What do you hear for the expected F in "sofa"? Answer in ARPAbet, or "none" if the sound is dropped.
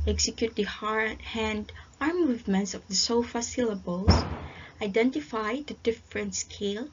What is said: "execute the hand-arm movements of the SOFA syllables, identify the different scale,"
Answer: F